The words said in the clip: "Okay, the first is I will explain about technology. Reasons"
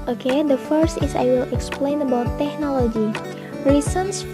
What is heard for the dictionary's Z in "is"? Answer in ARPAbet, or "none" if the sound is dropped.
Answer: S